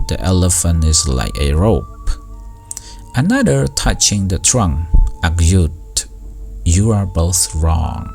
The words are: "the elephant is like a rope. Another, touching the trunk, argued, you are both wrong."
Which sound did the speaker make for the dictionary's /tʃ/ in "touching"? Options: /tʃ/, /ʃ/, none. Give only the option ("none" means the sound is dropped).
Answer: /tʃ/